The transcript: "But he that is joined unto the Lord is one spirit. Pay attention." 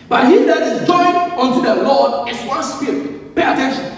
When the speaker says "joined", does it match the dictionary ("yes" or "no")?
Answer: no